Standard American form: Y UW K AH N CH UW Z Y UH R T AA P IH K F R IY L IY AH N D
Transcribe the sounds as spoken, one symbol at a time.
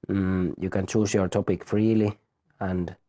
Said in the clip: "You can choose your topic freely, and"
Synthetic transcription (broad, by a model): Y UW K AH N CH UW S Y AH R T AA P IH K F R IY L IY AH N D